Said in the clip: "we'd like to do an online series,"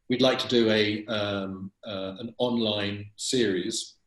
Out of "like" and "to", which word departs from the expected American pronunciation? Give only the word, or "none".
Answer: none